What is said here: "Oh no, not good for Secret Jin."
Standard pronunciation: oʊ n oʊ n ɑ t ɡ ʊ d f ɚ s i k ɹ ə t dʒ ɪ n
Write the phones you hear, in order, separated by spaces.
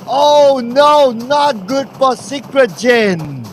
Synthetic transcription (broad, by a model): oʊ n oʊ n ɑ t ɡ ʊ d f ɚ s i k ɹ ə t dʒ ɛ n